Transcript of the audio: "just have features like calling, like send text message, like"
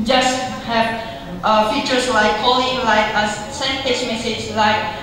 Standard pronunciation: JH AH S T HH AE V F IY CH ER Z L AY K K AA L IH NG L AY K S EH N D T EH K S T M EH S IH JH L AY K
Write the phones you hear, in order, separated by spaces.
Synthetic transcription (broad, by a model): JH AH S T HH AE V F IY CH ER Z L AY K K AA L IH NG L AY K S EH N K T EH S M EH S IH JH L AY K